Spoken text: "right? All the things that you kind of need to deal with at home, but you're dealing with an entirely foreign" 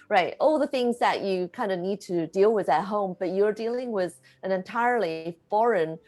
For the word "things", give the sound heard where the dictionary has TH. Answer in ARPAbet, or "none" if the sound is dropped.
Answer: TH